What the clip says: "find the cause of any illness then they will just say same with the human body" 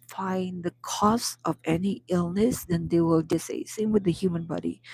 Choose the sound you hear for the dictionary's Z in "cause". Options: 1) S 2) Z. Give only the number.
1